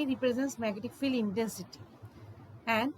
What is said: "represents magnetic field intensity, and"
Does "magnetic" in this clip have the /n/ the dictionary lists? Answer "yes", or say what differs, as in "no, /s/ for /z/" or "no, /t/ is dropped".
no, /n/ is dropped